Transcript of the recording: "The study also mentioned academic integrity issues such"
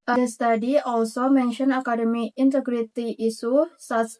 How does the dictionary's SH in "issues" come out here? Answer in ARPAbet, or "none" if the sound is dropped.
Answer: S